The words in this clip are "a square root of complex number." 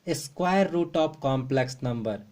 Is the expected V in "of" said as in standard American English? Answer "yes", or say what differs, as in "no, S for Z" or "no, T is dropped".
no, P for V